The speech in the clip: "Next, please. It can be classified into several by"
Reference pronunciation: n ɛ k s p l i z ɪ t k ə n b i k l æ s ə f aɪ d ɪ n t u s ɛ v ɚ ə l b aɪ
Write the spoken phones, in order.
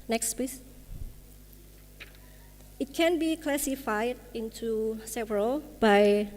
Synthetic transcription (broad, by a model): n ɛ k s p i s ɪ t k ə n b i k l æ s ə f aɪ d ɪ n t u s ɛ v ɚ ə l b aɪ